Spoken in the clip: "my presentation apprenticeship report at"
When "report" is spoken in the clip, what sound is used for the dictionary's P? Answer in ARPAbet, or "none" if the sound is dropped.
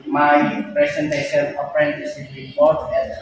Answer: none